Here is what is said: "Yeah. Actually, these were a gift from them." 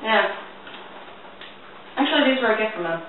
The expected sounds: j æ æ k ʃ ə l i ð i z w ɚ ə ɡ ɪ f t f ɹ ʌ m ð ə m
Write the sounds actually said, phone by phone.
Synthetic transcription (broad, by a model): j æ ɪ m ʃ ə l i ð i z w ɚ ə ɡ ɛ t f ɹ ʌ m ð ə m